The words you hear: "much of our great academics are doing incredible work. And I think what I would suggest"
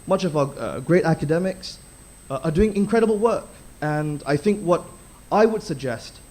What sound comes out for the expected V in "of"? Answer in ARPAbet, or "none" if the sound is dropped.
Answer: V